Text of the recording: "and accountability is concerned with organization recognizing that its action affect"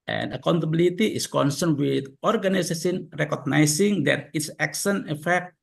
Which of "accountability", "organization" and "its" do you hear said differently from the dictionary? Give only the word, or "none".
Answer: organization